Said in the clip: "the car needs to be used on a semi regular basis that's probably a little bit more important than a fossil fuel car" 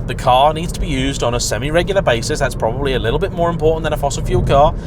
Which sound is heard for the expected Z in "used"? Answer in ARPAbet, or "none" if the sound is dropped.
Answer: Z